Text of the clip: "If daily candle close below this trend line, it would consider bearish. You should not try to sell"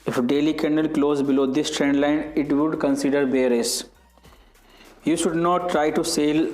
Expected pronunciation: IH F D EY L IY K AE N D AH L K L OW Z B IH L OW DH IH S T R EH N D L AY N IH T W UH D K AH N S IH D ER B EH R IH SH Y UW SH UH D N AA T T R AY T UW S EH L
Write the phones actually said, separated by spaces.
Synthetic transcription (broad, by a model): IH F D EY L IY K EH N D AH L K L OW Z B IH L OW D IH S T R EH N D L AY N IH T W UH D K AH N S IH D ER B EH R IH S Y UW SH UH D N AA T T R AY T UW S EH L